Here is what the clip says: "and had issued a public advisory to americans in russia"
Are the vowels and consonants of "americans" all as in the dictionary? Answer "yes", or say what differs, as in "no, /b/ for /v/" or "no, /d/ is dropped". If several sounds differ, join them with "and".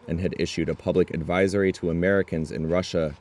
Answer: yes